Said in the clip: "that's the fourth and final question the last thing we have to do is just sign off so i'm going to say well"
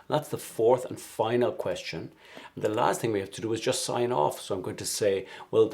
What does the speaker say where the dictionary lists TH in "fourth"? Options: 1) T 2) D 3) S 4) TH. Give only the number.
4